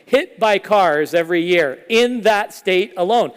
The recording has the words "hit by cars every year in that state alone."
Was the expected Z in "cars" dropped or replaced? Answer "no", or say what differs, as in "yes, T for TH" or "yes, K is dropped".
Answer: no